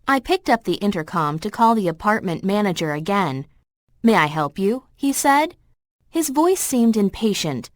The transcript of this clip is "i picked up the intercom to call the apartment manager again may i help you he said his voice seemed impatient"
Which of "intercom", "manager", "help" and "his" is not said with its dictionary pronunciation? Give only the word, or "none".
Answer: none